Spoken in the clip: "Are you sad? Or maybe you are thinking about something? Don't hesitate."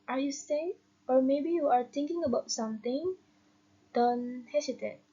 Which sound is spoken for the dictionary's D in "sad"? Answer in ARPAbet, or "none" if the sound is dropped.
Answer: none